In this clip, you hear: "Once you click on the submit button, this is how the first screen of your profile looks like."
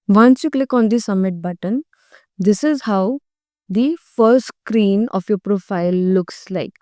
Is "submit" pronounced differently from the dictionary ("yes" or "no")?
yes